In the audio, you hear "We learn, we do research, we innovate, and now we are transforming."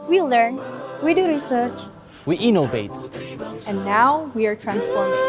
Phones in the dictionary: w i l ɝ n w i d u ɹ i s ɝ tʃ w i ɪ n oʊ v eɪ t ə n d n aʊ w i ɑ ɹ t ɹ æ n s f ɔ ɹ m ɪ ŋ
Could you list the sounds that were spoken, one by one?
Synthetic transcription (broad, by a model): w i l ɝ n w i d u ɹ i s ɝ tʃ w i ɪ n oʊ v eɪ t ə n n aʊ w i ɑ ɹ t ɹ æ n s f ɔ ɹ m